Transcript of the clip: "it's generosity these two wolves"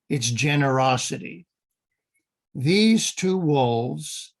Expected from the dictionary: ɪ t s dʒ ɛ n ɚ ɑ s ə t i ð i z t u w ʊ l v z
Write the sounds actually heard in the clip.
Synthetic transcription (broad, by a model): ɪ t s dʒ ɛ n ɚ ɑ s ə t i ð i z t u w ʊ l v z